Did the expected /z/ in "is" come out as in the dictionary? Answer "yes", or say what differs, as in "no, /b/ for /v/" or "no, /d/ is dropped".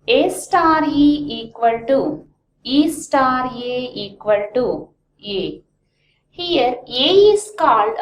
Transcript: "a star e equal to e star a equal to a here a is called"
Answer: no, /s/ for /z/